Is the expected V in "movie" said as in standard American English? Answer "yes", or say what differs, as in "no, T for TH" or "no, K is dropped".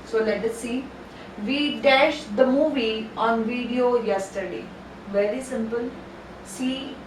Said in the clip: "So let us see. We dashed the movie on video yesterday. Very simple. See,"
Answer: yes